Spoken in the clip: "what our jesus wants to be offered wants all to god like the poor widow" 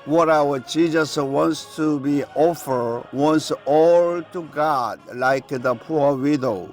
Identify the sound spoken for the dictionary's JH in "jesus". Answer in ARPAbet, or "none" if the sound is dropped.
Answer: CH